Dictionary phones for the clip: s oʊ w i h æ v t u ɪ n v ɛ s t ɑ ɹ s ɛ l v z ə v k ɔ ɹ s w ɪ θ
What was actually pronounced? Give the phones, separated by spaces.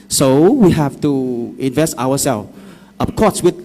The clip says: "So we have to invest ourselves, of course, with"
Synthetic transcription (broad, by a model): s oʊ w i h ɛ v t u ɪ n v ɛ s t ɑ w s ɛ l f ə p k ɔ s w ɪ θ